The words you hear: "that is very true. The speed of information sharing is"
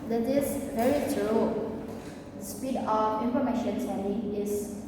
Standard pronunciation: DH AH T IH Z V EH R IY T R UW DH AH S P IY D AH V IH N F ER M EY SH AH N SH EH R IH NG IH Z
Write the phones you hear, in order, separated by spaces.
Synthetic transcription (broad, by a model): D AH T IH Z V EH R IY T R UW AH S P IY D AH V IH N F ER M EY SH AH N S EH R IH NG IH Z